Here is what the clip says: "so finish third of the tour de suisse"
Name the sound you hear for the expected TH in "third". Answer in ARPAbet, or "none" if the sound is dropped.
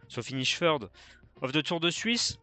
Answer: F